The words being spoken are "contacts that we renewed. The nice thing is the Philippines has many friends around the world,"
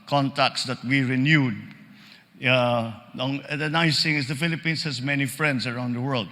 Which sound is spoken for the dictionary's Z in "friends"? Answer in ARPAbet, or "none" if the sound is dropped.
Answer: S